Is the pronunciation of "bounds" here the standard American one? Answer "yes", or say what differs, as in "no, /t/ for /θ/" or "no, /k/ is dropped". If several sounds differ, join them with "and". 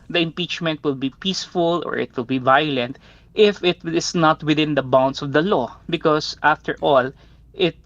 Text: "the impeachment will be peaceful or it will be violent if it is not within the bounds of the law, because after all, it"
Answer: no, /s/ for /z/